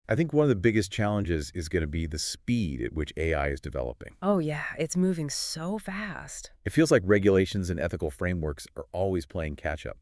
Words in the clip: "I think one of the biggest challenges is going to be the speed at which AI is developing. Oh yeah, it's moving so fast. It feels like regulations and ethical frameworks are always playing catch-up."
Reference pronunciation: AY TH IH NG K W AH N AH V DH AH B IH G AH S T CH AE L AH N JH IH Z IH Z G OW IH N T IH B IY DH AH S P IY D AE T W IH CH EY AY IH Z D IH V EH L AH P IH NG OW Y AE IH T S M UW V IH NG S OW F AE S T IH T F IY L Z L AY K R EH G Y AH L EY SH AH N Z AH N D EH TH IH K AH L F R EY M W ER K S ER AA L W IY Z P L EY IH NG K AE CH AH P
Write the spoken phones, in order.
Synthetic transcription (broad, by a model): AY TH IH NG K W AH N AH V DH AH B IH G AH S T CH AE L AH N JH IH Z IH Z G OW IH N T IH B IY DH AH S P IY D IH T W IH CH EY AY IH Z D IH V EH L AH P IH NG OW Y AE IH T S M UW V IH NG S OW F AE S T IH T F IY L Z L AY K R EH G Y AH L EY SH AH N Z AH N EH TH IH K L F R EY M W ER K S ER AA L W IY Z P L EY IH NG K AE CH AH P